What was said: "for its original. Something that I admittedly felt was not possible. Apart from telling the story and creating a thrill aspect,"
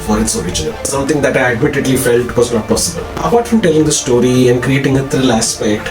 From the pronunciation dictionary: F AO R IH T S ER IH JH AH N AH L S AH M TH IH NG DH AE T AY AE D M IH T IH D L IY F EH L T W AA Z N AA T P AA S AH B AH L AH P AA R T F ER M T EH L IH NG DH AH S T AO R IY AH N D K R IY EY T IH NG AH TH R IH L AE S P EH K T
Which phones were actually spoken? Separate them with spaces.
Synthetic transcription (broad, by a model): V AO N IH T S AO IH JH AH N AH L S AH M T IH NG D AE T AY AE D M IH T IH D L IY F EH L T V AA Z N AA T P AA S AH B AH L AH B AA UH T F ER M T EH L IH NG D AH S T AO R IY AH N D K R IY EY T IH NG AH T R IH L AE S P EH K T